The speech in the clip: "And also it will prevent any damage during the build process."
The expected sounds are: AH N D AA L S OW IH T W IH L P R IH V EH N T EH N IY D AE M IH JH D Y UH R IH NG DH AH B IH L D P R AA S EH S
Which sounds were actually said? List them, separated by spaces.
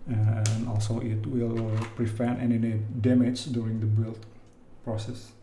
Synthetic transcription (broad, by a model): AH N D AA L S OW IH T W IH L P R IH F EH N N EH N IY D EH M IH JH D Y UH R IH NG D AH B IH L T P R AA S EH S